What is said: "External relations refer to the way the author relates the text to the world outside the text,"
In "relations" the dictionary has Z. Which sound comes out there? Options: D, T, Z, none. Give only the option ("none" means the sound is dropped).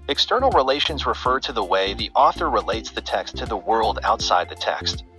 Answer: Z